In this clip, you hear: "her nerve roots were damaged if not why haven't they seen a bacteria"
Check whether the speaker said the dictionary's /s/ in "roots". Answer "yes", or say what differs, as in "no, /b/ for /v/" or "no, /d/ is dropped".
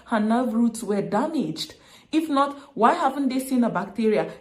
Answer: yes